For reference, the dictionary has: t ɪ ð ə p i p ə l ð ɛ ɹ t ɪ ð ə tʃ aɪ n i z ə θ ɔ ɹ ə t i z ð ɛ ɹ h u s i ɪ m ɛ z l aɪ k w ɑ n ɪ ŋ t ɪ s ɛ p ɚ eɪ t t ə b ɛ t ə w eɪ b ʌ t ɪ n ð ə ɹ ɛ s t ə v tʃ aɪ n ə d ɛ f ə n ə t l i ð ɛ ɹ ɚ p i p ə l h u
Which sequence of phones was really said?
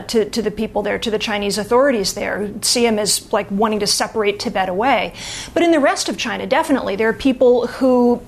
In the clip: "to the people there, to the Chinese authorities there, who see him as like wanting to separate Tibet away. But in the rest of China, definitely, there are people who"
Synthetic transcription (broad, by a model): t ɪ ð ə p i p l ð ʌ ɹ t ɪ ð ə tʃ aɪ n i z ə θ ɔ ɹ ə t i z ð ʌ ɹ s i ɪ m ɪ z l aɪ k w ɑ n ɪ ŋ t ɪ s ɛ p ɚ eɪ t t ə b ɛ t ə w eɪ b ʌ t ɪ n ð ə ɹ ɛ s t ə v tʃ aɪ n ə d ɛ f ə n ə t l i ð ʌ ɹ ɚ p i p l h u